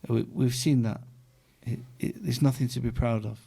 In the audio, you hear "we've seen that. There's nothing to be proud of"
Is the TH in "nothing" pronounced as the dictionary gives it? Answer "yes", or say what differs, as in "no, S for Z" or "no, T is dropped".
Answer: yes